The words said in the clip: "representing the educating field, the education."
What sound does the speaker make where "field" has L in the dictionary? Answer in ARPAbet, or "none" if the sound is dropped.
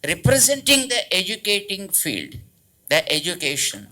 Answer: L